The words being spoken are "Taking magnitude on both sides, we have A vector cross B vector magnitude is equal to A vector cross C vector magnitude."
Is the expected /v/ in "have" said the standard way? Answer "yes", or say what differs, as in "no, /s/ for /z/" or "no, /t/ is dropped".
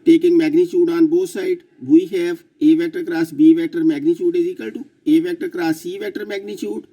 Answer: no, /p/ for /v/